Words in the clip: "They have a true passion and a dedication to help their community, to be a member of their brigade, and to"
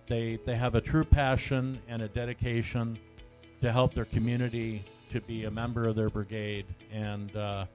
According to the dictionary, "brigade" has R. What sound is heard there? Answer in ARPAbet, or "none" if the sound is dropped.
R